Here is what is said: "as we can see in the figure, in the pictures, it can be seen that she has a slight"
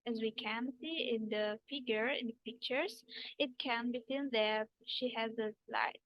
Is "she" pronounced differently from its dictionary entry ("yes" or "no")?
no